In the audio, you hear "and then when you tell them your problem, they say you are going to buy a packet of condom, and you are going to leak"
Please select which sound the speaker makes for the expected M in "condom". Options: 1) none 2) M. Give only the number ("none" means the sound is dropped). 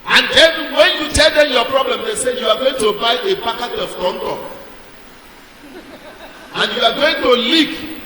1